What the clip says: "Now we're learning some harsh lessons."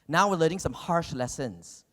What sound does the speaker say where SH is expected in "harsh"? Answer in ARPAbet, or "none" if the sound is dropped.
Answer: SH